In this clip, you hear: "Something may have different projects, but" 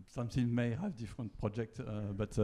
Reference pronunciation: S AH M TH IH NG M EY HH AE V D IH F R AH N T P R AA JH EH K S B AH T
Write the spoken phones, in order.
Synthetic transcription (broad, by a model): S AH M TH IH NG M EY HH AE V D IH F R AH N T P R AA JH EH K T B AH T